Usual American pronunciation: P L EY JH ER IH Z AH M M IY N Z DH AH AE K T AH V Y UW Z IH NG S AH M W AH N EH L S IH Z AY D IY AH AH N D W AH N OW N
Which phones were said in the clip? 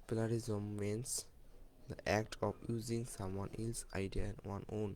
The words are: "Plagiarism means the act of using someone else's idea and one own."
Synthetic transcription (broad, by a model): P L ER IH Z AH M M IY N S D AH AE K T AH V Y UW Z IH NG S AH M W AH N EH L S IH IH D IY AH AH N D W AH N OW N